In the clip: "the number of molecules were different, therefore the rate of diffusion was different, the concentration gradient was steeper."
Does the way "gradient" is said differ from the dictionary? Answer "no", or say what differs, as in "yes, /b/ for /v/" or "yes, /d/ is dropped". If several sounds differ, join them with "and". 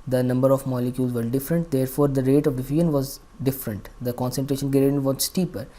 yes, /ɹ/ is dropped